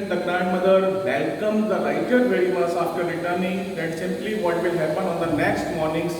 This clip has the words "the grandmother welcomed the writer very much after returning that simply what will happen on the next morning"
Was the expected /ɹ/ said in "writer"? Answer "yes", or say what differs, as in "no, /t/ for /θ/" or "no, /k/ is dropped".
no, /l/ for /ɹ/